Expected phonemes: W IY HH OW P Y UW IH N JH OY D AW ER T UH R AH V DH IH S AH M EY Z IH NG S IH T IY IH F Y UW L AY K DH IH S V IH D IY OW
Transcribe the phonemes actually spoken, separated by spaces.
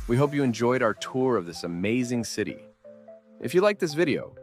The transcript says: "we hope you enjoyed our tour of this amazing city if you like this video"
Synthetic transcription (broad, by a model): W IY HH OW P Y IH IH N JH OY D AW ER T UH R AH V DH IH S AH M EY Z IH NG S IH T IY IH F Y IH L AY K DH IH S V IH D IY OW